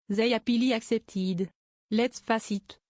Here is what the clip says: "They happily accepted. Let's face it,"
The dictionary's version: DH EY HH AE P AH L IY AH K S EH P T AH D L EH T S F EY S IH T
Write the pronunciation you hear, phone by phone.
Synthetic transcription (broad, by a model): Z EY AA P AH L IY AH K S EH P T AH D L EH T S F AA S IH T